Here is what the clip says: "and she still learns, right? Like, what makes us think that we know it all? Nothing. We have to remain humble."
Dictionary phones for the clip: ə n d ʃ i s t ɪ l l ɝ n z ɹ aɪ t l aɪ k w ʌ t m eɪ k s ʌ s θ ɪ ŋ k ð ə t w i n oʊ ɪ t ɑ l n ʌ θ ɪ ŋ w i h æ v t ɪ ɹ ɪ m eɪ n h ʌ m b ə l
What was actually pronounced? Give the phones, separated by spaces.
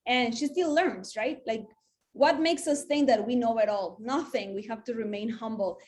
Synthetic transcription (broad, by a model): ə n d ʃ i s t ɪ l l ɝ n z ɹ aɪ t l aɪ k w ʌ t m eɪ k s ʌ s θ ɪ ŋ k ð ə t w i n oʊ ɪ t ɑ l n ʌ θ ɪ ŋ w i h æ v t ɪ ɹ ɪ m eɪ n h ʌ m b l